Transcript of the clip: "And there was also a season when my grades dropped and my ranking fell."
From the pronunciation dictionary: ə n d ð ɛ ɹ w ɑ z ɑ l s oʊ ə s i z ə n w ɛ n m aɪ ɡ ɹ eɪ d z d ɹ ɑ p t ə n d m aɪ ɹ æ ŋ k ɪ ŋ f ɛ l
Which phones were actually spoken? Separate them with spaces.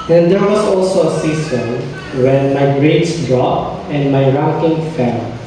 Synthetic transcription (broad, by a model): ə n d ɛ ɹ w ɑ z ɑ l s oʊ ə s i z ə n w ɛ n m aɪ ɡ ɹ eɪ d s d ɹ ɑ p ə n d m aɪ ɹ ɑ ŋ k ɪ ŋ f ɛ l